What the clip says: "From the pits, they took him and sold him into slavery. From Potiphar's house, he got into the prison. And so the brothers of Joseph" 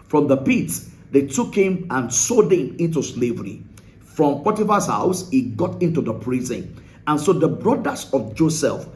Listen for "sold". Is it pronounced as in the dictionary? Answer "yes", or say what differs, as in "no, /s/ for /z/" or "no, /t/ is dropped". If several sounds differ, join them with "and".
no, /l/ is dropped